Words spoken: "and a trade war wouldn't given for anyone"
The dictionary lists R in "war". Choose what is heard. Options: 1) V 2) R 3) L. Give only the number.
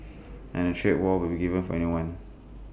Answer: 3